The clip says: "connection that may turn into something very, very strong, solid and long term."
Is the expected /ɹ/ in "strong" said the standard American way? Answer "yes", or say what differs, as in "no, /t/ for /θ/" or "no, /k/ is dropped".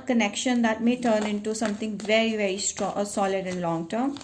no, /ɹ/ is dropped